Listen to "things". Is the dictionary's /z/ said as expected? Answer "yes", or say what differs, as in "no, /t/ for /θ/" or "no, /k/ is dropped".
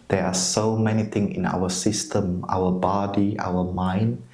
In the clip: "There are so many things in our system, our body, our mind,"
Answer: no, /z/ is dropped